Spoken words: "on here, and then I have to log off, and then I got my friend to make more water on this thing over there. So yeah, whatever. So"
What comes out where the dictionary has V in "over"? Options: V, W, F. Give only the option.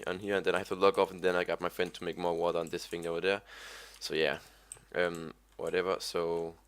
W